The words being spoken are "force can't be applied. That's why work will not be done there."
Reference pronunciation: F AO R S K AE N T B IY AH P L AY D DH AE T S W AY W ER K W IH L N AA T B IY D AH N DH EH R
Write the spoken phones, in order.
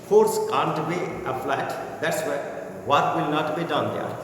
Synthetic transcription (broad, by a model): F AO R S K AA N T B IY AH F L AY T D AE T S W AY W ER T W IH L N AA T B IY D AH N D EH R